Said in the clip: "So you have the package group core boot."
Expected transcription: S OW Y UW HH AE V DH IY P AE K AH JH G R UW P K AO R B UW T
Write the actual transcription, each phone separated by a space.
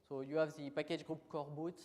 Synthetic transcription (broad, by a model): S OW Y UW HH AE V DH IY P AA K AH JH G R UW P K AO R B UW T